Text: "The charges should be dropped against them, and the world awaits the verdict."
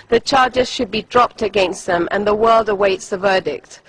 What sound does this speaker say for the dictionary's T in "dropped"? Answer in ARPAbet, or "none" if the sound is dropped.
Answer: T